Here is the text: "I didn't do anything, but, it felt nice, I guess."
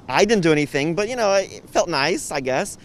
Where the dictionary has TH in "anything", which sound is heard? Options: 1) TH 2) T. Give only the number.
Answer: 1